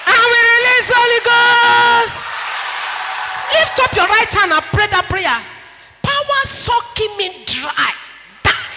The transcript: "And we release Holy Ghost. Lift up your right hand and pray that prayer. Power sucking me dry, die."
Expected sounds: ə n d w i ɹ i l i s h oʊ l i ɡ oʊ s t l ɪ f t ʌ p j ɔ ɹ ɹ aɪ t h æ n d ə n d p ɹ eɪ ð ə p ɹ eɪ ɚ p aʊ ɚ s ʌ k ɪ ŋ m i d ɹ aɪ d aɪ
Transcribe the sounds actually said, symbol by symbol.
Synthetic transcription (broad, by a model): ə w i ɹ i l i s h oʊ l i ɡ oʊ s t l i f t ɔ p j ɔ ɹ ɹ aɪ t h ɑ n ə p ɹ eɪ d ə p ɹ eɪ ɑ p aʊ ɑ s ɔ k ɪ m i d ɹ aɪ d aɪ